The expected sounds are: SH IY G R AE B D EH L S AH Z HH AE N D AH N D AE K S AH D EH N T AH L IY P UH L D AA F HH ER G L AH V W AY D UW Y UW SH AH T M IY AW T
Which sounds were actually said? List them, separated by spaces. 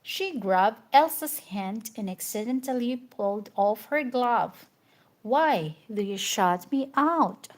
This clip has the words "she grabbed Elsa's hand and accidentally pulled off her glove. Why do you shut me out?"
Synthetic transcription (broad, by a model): SH IY G R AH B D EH L S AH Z HH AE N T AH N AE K S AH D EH N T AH L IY P UH L D AA F HH ER G L AH V W AY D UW Y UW SH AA T M IY AW T